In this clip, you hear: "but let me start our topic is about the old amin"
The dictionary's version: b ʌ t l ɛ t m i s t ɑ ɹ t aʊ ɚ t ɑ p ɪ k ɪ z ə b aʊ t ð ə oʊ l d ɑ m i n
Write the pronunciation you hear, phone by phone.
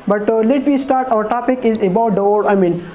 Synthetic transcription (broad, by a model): b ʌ t l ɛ t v i s t ɑ ɹ t aʊ ɚ t ɑ p ɪ k ɪ z ə b aʊ t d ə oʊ d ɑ m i n